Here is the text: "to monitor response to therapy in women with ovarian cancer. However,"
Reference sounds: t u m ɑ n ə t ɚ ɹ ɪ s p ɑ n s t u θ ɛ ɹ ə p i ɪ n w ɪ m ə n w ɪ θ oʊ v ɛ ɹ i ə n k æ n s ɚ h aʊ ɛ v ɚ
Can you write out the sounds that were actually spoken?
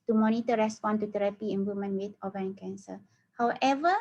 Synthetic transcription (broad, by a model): t u m ɑ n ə t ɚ ɹ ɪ s p ɑ n t u t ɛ ɹ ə p i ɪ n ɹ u m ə n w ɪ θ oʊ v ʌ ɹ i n k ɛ n s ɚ h aʊ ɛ v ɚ